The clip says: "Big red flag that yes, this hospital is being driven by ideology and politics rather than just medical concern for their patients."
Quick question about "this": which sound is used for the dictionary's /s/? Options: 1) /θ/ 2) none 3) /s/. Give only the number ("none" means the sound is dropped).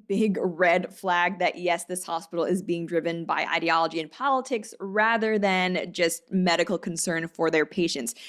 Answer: 3